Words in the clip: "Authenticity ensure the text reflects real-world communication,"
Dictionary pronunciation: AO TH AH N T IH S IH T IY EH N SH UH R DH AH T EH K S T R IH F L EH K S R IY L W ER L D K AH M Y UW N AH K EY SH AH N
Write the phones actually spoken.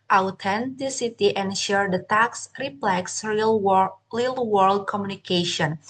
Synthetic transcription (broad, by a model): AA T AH N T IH S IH T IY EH N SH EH R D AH T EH K S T R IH P L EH K S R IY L W ER L D K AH M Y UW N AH K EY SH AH N